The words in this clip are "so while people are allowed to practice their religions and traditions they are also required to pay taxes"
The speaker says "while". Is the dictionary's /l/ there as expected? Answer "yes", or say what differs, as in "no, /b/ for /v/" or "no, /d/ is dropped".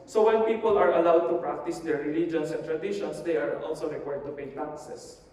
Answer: no, /n/ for /l/